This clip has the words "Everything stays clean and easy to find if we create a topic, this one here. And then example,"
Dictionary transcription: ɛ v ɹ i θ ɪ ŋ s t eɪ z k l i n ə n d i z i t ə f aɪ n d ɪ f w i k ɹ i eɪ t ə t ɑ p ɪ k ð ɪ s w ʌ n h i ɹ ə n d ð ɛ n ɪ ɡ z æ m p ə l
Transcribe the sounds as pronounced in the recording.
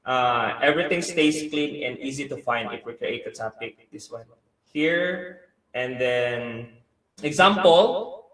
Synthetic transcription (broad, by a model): ɛ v ɹ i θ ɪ ŋ s t eɪ s k l i n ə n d i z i t ə f aɪ n d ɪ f w i k ɹ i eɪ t ə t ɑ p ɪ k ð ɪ s w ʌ n h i ɹ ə n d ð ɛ n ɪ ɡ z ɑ m p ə l